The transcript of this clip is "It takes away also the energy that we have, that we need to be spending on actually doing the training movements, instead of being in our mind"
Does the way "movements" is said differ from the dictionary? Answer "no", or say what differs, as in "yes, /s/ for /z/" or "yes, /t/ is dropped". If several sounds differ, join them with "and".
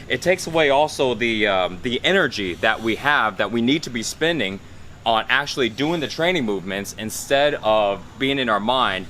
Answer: no